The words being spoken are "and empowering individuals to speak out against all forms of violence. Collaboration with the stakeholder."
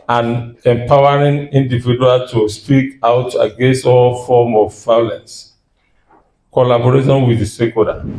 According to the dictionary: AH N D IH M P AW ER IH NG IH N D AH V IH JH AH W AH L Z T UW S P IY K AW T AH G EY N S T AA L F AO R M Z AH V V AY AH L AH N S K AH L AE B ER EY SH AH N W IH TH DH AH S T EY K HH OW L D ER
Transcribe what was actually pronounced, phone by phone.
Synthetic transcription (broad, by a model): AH N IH M P AW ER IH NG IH N D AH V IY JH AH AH L T UW S P IY K AW T AH G EY N S T AA L F AO M AH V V AY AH L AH N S K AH L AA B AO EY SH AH N W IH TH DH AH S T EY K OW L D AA